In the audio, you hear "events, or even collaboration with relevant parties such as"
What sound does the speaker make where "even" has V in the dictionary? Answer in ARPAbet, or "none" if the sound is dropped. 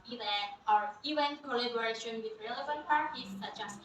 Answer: none